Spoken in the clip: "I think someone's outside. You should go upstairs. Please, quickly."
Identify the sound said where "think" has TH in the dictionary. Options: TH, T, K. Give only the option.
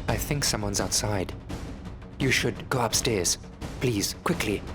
TH